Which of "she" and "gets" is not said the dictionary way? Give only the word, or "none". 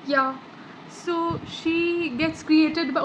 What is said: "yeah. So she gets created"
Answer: none